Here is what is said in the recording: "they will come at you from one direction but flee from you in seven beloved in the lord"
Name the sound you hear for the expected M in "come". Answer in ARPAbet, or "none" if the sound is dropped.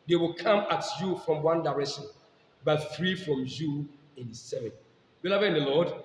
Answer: M